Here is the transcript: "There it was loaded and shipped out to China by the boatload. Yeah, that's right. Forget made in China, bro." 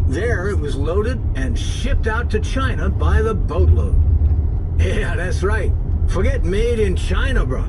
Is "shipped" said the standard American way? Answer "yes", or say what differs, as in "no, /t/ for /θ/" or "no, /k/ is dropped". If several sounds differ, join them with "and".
yes